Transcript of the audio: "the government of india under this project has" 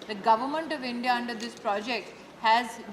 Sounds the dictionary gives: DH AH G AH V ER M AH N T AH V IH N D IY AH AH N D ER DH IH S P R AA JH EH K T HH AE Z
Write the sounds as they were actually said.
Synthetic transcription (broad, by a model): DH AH G AH V ER M AH N T AH V IH N D IY AH AH N D ER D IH S P R AA JH EH K T HH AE Z